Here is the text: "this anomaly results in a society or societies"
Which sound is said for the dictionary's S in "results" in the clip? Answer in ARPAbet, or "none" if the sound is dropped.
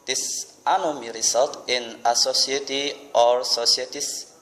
none